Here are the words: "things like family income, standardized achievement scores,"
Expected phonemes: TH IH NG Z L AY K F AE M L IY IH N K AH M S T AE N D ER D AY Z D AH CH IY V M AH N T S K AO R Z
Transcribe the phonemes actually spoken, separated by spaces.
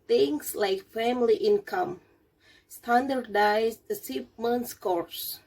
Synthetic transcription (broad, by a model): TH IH NG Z L AY K F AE M L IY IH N K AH M S T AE N D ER D AY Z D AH S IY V M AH N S K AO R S